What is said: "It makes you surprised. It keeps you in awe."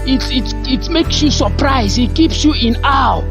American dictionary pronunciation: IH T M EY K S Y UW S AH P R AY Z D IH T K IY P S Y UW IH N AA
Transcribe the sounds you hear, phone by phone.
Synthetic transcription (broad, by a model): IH T M EY K S Y UW S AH P R AY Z IH T K IY P S Y UW IH N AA